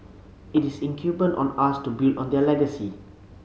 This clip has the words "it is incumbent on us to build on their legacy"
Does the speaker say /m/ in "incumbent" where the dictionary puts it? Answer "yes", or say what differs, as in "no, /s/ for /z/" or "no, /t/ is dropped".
no, /m/ is dropped